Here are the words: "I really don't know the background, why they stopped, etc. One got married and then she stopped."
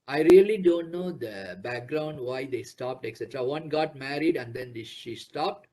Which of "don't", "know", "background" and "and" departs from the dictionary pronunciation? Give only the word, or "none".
none